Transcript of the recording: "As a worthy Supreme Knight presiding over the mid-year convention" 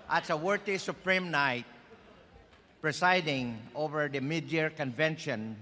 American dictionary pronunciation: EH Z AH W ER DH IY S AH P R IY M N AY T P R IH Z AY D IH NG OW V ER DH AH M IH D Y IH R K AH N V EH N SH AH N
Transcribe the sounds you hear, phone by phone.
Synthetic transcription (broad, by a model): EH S AH W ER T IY S AH P R IY M N AY T P R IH S AY D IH NG OW V ER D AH M IH D Y IH R K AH N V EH N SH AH N